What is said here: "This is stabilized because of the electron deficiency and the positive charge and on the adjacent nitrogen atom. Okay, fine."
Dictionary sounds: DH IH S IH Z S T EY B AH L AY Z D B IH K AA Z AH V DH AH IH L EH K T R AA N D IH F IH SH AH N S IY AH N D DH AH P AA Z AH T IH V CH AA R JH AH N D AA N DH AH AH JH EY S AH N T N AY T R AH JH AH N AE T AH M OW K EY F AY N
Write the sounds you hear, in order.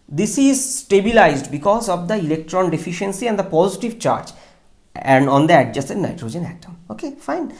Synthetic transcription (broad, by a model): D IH S IH Z S T EY B AH L AY Z D B IH K AA Z AH V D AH IH L EH K T R AA N D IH F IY SH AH N S IY AH N D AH P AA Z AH T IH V CH AA R JH AH N D AA N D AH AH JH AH S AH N N AY T R AH JH AH N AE T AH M OW K EY F AY N